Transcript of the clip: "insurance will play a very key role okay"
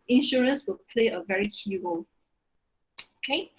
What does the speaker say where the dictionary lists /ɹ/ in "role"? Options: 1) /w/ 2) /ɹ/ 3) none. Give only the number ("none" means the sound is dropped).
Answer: 1